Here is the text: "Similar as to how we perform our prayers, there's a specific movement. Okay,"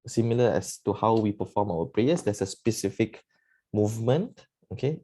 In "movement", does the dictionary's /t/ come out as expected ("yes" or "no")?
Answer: yes